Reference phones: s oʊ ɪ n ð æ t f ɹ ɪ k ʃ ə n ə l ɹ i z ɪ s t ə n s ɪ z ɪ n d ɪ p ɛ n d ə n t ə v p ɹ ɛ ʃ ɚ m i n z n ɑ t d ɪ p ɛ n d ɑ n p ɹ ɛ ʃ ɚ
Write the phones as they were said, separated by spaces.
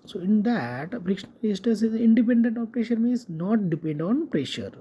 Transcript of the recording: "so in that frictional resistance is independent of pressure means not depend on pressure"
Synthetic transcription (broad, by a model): s oʊ ɪ n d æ t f ɹ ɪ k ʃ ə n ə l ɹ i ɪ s t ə s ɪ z ɪ n d ɪ p ɛ n d ə n t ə p ɹ ɛ ʃ ɚ m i n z n ɑ t d ɪ p ɛ n d ɑ n p ɹ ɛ ʃ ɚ